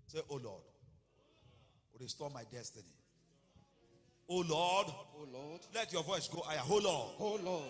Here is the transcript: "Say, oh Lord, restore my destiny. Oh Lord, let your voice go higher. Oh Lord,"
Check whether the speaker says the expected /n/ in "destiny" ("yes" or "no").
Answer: yes